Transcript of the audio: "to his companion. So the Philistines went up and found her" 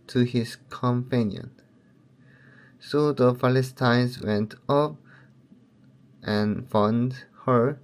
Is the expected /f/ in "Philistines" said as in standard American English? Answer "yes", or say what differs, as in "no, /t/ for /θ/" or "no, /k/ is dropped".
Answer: no, /p/ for /f/